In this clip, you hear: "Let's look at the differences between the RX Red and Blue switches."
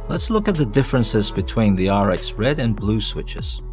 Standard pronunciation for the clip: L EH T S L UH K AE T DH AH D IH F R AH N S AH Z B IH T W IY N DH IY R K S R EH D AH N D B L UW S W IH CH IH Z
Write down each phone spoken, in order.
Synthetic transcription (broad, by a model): L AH T S L UH K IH T DH AH D IH F R AH N S AH Z B IH T W IY N DH IY R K S R EH D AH N B L UW S W IH CH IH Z